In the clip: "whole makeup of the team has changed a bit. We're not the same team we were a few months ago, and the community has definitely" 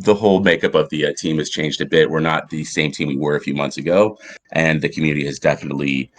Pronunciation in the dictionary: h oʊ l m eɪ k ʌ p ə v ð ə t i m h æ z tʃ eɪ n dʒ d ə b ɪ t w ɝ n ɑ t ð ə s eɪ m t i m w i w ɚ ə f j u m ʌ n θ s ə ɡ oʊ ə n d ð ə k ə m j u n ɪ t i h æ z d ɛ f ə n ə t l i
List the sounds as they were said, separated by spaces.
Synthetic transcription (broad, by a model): h oʊ l m eɪ k ʌ p ə v ð ə t i m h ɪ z tʃ eɪ n dʒ d ə b ɪ t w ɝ n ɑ t ð ə s eɪ m t i m w i w ɚ ə f j u m ʌ n θ s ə ɡ oʊ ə n ð ə k m j u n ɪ t i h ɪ z d ɛ f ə n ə t l i